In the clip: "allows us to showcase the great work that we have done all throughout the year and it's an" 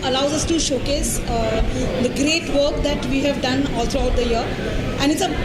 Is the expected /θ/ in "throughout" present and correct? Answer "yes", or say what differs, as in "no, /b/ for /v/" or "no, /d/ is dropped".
no, /t/ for /θ/